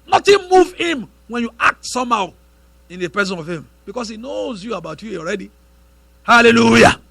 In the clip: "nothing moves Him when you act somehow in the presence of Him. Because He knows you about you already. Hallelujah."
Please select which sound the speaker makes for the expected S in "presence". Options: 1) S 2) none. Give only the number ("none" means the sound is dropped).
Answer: 2